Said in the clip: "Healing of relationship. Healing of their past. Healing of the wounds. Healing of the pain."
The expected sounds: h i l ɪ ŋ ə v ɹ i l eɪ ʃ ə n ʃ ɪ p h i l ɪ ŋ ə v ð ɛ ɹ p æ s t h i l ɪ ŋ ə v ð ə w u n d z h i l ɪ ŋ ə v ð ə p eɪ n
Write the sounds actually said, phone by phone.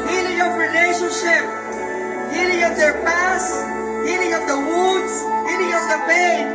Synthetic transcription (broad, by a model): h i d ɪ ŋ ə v ɹ i l eɪ ʃ ə n ʃ ɪ p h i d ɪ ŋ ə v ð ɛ ɹ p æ s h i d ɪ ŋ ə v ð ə w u d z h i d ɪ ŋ ə v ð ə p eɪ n